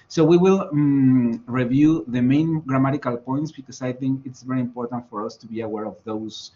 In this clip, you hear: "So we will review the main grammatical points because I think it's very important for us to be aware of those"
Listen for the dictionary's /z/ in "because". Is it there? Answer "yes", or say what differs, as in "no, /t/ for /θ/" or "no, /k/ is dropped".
no, /s/ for /z/